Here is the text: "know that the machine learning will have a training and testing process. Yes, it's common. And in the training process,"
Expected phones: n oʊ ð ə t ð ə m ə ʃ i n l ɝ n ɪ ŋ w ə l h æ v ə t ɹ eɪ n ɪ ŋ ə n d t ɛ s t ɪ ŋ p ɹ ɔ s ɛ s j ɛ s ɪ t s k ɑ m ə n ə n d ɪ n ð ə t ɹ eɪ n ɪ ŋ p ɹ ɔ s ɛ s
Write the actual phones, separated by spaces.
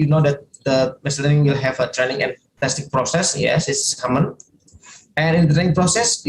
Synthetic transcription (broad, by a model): n oʊ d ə t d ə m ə s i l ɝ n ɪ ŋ w ə l h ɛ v ə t ɹ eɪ n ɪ ŋ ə n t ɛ s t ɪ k p ɹ ɔ s ɛ s j ɛ s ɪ s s k ɑ m ə n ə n ɪ n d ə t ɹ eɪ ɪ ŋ p ɹ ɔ s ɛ s